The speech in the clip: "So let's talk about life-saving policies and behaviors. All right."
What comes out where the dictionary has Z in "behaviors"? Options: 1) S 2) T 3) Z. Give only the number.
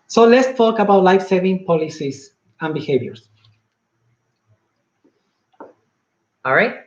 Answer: 1